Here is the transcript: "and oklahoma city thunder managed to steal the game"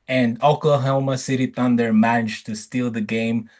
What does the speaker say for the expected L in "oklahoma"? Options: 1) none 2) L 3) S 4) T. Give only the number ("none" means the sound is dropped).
1